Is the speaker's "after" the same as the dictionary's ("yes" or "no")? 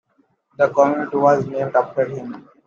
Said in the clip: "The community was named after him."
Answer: no